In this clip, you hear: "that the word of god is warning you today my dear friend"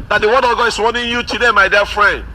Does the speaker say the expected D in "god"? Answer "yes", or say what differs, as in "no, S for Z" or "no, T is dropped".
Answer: no, D is dropped